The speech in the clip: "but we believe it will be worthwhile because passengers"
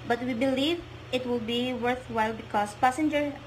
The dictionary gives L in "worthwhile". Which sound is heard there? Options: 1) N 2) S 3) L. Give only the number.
3